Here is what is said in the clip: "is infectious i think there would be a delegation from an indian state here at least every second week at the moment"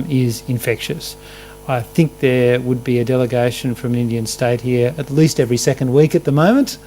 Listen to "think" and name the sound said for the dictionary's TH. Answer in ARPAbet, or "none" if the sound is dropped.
TH